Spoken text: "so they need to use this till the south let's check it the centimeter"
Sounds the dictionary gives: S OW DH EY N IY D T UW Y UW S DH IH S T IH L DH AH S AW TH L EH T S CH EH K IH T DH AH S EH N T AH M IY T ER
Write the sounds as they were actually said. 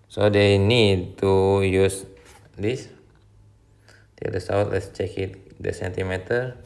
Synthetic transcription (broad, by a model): S OW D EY N IY D T UW Y UW S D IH S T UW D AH S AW T L EH T S CH EH K IH T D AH S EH N T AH M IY T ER